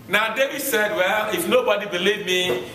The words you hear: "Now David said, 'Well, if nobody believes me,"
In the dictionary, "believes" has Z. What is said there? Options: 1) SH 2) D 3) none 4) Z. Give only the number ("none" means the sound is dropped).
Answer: 3